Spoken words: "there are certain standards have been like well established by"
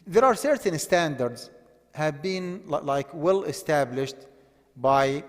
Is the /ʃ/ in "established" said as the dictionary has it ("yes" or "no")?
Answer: yes